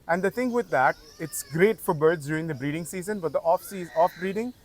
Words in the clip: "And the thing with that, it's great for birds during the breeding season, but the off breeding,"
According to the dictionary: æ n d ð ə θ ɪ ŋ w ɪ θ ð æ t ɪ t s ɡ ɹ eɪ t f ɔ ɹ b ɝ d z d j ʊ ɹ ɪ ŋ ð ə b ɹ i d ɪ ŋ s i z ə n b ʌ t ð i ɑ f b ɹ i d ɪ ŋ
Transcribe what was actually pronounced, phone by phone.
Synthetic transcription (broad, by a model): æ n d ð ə t ɪ ŋ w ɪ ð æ t ɪ t s ɡ ɹ eɪ t f ɔ ɹ b ɝ d z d j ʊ ɹ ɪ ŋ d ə b ɹ i d ɪ ŋ s i z ə n b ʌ t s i ɑ f b ɹ i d ɪ ŋ